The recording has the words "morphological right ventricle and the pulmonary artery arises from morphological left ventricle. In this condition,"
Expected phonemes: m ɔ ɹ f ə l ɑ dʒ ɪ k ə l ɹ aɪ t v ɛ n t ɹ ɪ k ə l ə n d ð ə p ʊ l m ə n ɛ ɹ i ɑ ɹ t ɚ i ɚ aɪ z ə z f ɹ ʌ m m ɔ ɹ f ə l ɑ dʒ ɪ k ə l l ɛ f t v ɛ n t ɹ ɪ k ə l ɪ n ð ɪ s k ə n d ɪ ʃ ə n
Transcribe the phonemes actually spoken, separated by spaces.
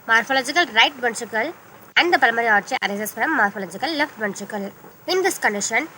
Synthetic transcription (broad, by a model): m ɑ ɹ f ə l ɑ dʒ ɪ k ə l ɹ aɪ t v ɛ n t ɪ k ə l ə n d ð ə p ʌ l ə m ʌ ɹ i ɑ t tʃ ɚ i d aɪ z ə s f ɹ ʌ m m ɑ ɹ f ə l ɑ dʒ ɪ k ə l l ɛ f t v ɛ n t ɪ k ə l ɪ n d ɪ s k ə n d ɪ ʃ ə n